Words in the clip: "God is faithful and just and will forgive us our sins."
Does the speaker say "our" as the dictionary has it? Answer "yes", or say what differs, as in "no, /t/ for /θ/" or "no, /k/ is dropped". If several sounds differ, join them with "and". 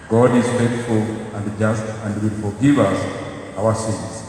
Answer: no, /w/ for /ɹ/